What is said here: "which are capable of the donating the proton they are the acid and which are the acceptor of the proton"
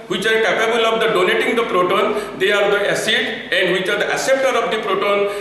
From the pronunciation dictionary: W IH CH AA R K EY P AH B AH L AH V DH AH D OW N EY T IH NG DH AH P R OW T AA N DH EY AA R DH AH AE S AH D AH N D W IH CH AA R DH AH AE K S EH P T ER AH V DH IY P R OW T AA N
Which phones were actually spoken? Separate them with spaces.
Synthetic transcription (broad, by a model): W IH CH AA R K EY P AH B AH L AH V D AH D OW N EY T IH NG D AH P R OW T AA N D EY AA R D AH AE S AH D AH N D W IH CH AA R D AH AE S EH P T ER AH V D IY P R OW T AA N